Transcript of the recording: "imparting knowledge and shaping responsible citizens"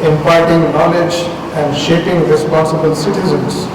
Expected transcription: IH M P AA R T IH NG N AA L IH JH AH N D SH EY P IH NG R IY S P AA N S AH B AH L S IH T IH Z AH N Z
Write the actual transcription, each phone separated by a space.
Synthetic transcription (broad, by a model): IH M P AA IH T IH NG N AA L IH JH AH N D SH EY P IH NG R IY S P AA N S AH B AH L S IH T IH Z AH N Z